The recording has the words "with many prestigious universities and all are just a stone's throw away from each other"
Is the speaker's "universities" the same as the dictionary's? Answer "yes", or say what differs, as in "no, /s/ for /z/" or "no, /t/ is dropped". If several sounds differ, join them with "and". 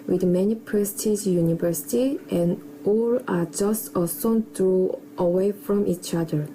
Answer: no, /z/ is dropped